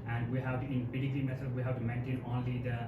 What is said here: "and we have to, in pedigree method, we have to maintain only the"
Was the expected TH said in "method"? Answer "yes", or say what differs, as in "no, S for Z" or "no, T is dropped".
no, S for TH